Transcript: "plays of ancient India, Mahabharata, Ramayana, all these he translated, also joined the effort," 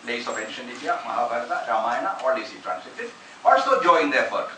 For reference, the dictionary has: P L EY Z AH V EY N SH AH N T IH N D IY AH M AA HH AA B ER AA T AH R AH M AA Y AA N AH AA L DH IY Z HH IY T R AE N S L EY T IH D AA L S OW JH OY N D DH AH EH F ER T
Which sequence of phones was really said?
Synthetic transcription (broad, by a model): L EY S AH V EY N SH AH N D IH D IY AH M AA HH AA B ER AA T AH R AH M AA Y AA N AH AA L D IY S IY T R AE N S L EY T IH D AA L S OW JH OY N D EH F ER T